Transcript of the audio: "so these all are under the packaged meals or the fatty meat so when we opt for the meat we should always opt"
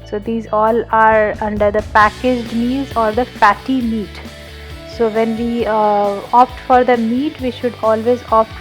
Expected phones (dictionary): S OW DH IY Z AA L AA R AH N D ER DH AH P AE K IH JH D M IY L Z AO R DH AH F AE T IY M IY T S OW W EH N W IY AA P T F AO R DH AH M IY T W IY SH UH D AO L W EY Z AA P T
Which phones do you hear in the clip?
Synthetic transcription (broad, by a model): S OW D IY Z AA L AA R AH N D ER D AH P AE K IH JH D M IY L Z AO R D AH P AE T IY M IY T S OW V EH N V IY AA P T F AO R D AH M IY T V IY SH UH D AO L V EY Z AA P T